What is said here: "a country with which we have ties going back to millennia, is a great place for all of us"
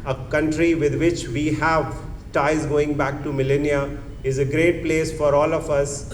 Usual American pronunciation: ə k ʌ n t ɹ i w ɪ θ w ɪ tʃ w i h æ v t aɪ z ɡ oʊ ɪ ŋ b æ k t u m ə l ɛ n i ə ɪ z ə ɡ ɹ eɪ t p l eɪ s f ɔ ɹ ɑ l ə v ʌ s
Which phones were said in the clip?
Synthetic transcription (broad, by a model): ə k ʌ n t ɹ i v ɪ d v ɪ tʃ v i h æ v t aɪ z ɡ oʊ ɪ ŋ b æ k t u m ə l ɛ n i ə ɪ z ə ɡ ɹ eɪ t p l eɪ s f ɔ ɹ ɑ l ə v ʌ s